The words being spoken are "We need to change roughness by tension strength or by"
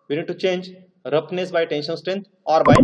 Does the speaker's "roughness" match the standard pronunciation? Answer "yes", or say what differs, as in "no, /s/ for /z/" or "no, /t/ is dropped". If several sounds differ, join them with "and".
no, /p/ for /f/